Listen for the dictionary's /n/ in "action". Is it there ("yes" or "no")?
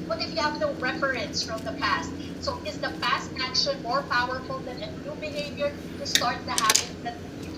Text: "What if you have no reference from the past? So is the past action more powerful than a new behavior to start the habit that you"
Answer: no